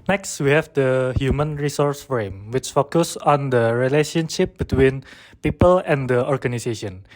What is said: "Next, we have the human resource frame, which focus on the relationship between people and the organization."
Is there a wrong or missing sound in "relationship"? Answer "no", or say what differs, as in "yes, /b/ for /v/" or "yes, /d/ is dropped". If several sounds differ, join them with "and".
no